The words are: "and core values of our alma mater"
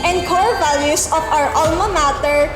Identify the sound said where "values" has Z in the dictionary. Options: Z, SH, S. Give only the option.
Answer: S